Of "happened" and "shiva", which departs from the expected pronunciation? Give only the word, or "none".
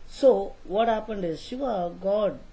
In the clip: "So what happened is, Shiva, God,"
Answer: shiva